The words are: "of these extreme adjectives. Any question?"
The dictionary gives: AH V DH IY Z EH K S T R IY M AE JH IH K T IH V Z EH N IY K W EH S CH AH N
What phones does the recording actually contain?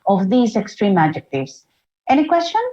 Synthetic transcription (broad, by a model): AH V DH IY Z EH K S T R IY M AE JH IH K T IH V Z EH N IY K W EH S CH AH N